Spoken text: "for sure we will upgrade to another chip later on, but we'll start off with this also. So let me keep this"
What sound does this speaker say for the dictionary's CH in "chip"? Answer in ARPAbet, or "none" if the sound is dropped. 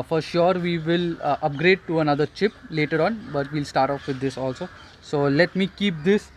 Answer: CH